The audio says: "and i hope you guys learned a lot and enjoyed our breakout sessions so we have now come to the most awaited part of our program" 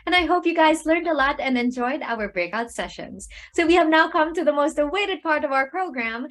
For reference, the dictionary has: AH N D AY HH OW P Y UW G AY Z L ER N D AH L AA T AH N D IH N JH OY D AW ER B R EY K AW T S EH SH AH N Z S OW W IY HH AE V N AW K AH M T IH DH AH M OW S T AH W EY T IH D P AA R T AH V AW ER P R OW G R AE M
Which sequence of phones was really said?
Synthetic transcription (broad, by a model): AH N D AY HH OW P Y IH G AY Z L ER N D AH L AA T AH N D IH N JH OY D AW ER B R EY K AW T S EH SH AH N Z S OW W IY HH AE V N AW K AH M T IH DH AH M OW S T AH W EY T IH D P AA R T AH V AW ER P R OW G R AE M